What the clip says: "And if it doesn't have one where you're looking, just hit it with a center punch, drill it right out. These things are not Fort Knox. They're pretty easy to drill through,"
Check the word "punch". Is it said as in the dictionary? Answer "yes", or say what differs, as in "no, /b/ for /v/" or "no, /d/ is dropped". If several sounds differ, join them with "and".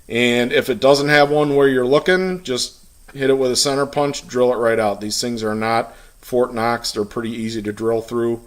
yes